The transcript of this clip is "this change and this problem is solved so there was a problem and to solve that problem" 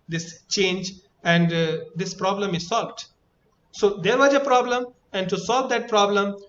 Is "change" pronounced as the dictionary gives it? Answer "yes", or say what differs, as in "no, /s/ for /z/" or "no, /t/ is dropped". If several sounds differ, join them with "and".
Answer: yes